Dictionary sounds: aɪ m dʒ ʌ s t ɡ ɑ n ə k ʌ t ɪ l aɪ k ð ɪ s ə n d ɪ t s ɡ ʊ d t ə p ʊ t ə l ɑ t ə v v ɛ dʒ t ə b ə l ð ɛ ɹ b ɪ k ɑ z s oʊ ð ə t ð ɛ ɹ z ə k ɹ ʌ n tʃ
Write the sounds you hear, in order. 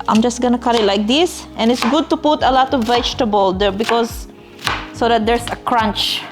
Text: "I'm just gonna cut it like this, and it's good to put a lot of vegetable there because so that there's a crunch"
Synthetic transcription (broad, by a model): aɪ m dʒ ʌ s t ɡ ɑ n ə k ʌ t ɪ l aɪ k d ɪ s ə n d ɪ t s ɡ ʊ d t ə p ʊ t ə l ɑ t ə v v ɛ dʒ t ə b ə l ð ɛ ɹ b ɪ k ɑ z s oʊ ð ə t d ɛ ɹ s ə k ɹ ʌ n tʃ